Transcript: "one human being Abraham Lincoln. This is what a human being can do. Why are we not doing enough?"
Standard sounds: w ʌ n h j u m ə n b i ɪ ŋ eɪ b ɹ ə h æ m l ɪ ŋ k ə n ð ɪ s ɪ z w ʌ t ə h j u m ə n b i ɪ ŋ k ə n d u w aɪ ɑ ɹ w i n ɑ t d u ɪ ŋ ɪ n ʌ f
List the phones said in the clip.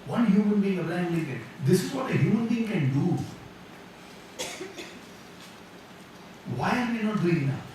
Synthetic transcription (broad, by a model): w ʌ n h j u m ə n b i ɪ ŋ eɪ ɹ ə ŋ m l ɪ k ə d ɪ s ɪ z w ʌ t ə h j u m ə n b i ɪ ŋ k ə n d u w aɪ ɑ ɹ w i n ɑ t d u ɪ ŋ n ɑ